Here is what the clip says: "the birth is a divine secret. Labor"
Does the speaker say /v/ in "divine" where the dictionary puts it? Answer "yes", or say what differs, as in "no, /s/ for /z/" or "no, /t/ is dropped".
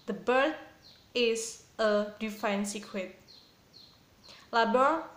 no, /f/ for /v/